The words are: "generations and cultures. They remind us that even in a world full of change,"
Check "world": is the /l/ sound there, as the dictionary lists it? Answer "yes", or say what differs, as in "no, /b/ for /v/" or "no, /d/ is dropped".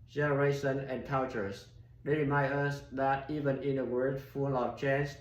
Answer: no, /l/ is dropped